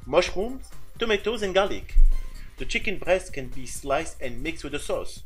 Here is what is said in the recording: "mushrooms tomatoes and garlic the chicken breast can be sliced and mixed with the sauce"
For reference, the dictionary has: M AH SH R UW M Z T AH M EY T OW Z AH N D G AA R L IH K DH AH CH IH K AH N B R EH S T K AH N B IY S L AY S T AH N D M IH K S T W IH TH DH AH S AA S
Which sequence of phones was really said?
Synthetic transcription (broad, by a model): M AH SH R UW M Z T AH M EY T OW Z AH N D G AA L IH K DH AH CH IH K AH N B R EH S T K AH N B IY S L AY S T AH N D M IH K S T W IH DH AH S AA S